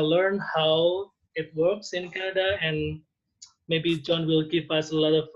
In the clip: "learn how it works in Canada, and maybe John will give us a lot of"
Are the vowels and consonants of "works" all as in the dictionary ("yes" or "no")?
yes